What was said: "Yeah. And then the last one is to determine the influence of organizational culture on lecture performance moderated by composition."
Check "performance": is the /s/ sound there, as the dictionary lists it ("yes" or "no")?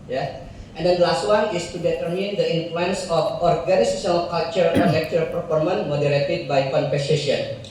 no